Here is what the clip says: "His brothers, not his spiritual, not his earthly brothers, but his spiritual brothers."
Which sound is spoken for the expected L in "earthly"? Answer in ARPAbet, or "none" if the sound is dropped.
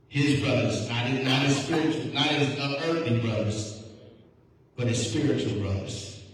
none